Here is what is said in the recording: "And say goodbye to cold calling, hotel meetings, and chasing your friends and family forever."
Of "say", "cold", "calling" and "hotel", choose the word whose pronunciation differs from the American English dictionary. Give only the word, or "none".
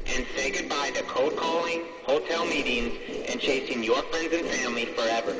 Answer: cold